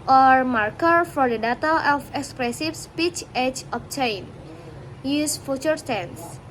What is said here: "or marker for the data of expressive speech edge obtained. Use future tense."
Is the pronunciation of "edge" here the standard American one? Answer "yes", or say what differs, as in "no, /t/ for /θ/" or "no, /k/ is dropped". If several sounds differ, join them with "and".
no, /tʃ/ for /dʒ/